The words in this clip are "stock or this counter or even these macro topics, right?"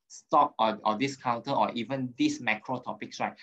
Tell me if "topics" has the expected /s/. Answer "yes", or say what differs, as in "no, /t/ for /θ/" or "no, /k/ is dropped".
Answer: yes